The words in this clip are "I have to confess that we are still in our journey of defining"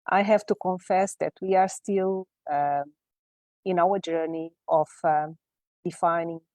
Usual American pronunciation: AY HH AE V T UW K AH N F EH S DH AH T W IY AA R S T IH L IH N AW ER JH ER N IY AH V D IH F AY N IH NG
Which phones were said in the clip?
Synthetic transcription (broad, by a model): AY HH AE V T UW K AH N F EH S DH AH T W IY AA R S T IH L IH N AW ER JH ER N IY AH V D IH F AY N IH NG